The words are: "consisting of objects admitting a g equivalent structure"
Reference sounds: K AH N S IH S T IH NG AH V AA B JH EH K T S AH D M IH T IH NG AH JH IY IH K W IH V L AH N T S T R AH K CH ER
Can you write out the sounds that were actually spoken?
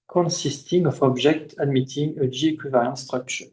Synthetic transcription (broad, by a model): K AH N S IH S T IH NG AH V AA B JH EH K T AH D M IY T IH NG AH JH IY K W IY V AH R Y S T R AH K CH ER